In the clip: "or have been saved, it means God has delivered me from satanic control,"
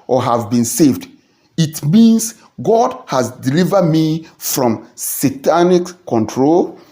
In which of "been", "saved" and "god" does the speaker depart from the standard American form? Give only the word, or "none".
none